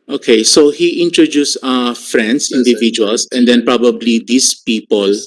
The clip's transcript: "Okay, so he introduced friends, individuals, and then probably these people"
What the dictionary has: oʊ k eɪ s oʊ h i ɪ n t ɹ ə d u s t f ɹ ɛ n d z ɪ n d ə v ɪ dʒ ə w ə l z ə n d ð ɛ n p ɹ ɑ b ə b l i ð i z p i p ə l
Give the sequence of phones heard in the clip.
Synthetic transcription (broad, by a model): oʊ k eɪ s oʊ h i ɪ n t ɹ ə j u s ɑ f ɹ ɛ n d s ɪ n d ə v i dʒ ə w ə l s ə n d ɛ n p ɹ ɑ b ə b l i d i s p i p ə l